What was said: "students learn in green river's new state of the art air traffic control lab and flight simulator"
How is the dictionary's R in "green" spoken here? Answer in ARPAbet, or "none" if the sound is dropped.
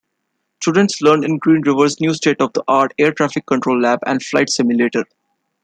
R